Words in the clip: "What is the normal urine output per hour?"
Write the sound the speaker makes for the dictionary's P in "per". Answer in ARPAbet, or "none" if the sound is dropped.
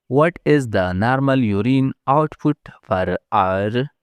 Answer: F